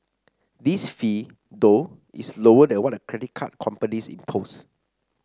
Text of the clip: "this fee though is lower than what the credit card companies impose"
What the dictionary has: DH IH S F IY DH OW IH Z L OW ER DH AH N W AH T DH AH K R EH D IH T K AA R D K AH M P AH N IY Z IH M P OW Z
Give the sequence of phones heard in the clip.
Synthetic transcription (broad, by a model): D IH S F IY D OW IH S L OW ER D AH N W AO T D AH K R EH D IH T K AA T K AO M P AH N IY S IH M P OW S